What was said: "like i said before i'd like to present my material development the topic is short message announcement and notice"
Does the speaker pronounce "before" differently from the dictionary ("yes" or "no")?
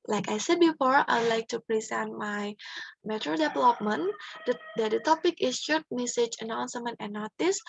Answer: no